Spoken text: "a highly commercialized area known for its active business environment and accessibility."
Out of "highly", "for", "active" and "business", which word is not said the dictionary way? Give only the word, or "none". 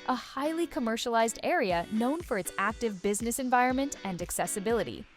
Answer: none